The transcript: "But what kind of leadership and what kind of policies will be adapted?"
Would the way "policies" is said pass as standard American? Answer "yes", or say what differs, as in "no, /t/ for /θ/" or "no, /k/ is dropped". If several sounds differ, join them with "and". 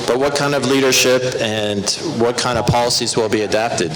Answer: yes